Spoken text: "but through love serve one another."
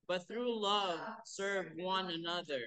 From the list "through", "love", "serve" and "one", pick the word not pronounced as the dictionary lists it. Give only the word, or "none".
none